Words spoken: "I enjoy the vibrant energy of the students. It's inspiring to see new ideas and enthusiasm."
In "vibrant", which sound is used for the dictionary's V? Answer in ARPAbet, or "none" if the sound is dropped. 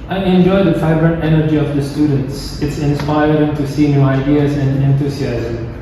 F